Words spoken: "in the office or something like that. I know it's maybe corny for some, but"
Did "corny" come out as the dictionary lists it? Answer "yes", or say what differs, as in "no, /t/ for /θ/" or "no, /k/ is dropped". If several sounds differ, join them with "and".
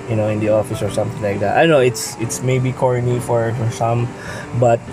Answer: yes